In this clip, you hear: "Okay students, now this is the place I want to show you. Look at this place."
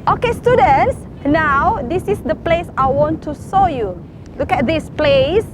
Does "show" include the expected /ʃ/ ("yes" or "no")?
no